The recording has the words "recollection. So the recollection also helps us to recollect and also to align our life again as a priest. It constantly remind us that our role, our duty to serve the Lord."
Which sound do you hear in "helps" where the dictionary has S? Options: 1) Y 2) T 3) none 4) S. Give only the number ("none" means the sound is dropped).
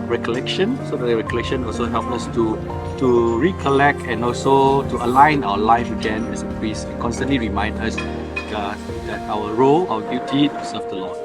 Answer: 3